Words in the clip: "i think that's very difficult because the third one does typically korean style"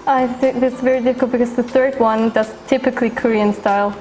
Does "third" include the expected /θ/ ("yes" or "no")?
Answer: yes